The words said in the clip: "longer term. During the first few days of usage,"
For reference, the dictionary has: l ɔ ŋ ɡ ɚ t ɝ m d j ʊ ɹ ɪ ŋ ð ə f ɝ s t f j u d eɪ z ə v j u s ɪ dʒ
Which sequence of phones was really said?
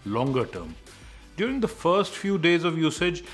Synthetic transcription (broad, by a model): l ɔ ŋ ɡ ɚ t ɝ m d j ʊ ɹ ɪ ŋ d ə f ɝ s t f j u d eɪ z ə v j u s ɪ dʒ